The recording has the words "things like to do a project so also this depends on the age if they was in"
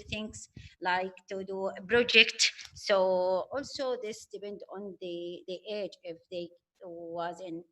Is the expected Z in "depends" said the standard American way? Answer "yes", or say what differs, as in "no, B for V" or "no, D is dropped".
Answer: no, Z is dropped